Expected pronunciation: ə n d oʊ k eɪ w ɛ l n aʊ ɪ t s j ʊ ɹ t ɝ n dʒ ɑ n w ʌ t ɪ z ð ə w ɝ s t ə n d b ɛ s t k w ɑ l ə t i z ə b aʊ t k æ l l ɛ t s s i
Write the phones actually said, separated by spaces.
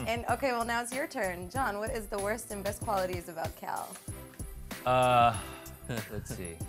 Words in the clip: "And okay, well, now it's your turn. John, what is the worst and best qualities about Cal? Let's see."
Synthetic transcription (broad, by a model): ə n oʊ k eɪ w ɛ l n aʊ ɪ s j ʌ ɹ t ɝ n dʒ ɑ n w ʌ t ɪ z ð ə w ɝ s t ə n b ɛ s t k w ɑ l ə t i z ə b aʊ t k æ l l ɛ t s s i